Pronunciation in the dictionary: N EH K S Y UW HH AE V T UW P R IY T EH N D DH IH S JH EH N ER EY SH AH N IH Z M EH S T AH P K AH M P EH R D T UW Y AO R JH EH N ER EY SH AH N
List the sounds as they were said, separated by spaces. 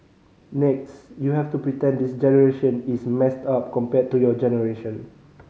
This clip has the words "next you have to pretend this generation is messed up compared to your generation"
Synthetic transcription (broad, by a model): N EH K S Y UW HH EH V T UW P R IY T EH N D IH S JH EH N ER EY SH AH N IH S M EH S T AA P K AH M P EH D T UW Y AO JH EH N ER EY SH AH N